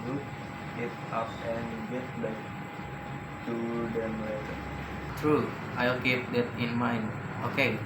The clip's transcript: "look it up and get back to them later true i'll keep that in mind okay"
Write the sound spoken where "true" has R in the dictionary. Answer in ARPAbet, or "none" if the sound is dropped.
R